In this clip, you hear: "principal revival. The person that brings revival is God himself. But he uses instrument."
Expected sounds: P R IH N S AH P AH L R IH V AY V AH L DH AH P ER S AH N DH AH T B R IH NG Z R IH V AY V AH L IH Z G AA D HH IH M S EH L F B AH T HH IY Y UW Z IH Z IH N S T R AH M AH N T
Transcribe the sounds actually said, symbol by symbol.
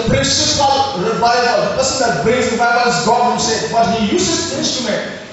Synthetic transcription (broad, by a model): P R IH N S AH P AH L R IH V AY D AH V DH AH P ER S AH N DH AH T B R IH Z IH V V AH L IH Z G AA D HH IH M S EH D B AH T HH IY Y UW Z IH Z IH N S T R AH M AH N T